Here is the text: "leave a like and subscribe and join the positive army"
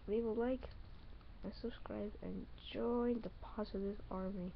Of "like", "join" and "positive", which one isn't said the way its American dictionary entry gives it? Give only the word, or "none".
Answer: positive